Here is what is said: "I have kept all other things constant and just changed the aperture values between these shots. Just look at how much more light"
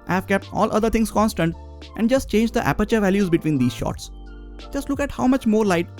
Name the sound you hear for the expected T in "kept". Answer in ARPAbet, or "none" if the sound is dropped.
T